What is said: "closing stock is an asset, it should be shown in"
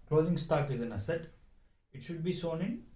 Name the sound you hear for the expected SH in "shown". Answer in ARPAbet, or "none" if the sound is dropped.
S